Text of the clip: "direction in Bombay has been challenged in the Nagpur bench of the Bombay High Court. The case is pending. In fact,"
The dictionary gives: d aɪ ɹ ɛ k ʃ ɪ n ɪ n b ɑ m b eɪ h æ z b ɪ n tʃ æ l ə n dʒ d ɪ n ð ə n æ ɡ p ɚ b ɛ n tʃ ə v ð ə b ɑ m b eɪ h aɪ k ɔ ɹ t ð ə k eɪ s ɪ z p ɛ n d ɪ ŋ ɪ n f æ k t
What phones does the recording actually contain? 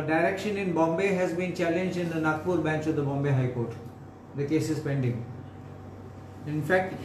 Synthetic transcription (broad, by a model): d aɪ ɹ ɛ k ʃ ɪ n ɪ n b ɑ m b eɪ h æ z b ɪ n tʃ æ l ə n dʒ d ɪ n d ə n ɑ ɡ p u b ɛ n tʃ ə v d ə b ɑ m b eɪ h aɪ k ɔ ɹ t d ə k eɪ s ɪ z p ɛ n d ɪ ŋ ɪ n f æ k t